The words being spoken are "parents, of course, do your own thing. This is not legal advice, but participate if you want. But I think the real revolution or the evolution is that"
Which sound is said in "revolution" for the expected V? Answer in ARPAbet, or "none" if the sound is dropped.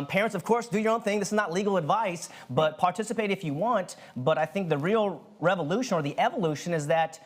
V